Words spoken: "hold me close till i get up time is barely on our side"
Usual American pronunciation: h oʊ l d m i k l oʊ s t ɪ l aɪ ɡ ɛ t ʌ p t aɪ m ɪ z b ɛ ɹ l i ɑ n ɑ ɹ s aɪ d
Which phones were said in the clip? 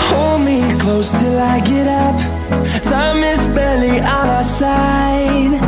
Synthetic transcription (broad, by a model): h oʊ l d m i k l oʊ s t ɪ l aɪ ɡ ɛ t ʌ p s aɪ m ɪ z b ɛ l i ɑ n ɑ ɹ s aɪ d